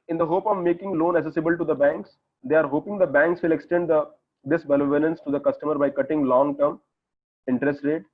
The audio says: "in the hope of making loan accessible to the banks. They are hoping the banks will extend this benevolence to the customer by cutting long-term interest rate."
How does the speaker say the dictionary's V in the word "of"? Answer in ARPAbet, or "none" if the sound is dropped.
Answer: V